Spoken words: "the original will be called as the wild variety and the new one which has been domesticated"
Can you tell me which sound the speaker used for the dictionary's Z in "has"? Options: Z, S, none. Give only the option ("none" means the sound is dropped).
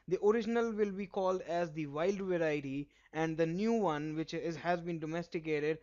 Z